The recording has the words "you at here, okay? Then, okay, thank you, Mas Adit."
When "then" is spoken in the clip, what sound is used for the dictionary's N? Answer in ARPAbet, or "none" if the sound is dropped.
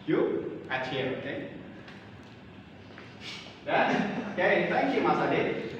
none